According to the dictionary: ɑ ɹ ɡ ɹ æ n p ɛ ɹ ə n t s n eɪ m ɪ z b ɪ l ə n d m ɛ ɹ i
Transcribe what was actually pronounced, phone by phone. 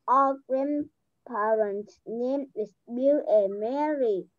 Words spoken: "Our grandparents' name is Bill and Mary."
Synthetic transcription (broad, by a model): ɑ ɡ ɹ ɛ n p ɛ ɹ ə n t n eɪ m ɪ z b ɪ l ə m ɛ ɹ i